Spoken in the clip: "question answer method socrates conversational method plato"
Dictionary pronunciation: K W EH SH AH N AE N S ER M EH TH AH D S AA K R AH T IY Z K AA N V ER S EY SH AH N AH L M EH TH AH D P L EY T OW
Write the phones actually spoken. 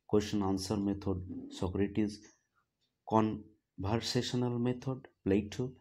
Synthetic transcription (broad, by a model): K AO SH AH N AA N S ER M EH T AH D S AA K R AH T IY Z K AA N B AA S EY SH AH N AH L M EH T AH D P L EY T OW